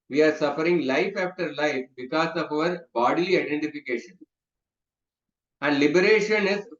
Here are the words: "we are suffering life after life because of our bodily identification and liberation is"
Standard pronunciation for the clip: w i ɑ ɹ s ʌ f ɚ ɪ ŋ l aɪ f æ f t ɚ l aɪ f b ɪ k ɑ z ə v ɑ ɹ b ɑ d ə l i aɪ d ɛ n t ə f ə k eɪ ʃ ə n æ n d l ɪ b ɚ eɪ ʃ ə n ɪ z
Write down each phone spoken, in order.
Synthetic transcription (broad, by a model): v i ɑ ɹ s ʌ f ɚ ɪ ŋ l aɪ f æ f t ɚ l aɪ f b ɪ k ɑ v ə v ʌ ɹ b ɑ d ə l i aɪ d ɛ n t ə f ə k eɪ ʃ ə n æ n d l ɪ b ɚ eɪ ʃ ə n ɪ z